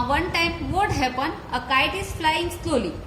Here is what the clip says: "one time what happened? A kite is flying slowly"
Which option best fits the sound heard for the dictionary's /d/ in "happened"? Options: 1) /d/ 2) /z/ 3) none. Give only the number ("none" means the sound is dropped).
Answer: 3